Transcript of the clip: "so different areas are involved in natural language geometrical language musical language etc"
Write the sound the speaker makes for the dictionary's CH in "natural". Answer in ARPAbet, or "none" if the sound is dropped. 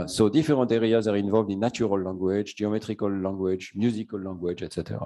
none